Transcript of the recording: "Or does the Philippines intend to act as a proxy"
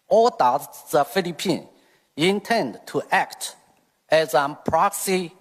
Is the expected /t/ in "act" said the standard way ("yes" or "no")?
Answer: yes